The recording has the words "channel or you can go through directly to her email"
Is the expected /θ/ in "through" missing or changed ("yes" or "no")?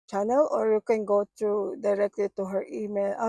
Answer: yes